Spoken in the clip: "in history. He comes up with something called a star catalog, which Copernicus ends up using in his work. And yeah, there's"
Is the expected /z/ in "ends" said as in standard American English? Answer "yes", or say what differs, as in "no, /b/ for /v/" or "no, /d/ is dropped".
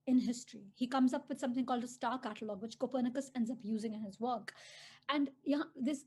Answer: yes